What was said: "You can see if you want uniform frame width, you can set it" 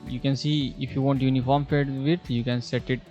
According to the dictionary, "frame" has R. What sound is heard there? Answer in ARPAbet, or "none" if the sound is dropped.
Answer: none